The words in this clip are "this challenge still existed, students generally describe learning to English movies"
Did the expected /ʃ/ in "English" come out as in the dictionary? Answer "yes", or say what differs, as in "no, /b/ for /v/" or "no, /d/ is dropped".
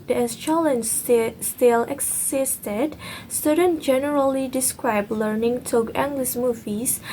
no, /s/ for /ʃ/